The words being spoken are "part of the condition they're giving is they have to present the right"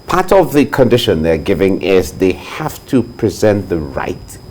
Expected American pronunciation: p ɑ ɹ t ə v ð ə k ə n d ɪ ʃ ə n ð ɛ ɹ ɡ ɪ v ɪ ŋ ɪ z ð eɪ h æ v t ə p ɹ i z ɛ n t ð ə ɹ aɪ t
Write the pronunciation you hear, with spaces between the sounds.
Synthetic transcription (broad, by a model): p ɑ ɹ t ə v ð ə k ə n d ɪ ʃ ə n ð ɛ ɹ ɡ ɪ v ɪ ŋ ɪ z ð eɪ h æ f t ə p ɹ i z ɛ n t ð ə ɹ aɪ t